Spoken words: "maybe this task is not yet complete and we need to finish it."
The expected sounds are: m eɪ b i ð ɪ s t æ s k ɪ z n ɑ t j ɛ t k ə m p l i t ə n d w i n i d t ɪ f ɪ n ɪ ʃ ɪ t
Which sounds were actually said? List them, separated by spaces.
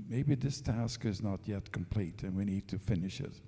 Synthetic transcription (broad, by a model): m eɪ b i ð ɪ s t æ s k ɪ z n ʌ t j ɛ t k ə m p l i t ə n w i n i d t ɪ f ɪ n ɪ ʃ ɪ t